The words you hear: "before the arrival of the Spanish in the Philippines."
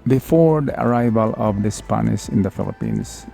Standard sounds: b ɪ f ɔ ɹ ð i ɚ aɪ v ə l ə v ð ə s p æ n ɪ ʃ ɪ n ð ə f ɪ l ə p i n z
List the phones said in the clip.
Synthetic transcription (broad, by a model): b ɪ f ɔ ɹ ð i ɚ aɪ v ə l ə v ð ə s p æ n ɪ s ɪ n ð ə f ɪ l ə p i n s